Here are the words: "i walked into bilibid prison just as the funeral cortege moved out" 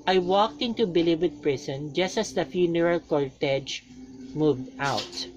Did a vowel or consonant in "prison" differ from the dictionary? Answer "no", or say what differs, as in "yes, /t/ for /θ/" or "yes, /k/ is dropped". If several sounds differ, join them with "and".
yes, /s/ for /z/